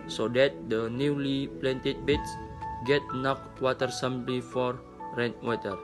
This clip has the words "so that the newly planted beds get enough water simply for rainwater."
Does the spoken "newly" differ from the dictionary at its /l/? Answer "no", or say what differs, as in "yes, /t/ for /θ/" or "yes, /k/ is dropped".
no